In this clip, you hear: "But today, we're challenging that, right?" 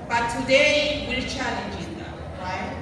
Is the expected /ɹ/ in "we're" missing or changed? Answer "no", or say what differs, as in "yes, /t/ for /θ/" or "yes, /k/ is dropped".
yes, /l/ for /ɹ/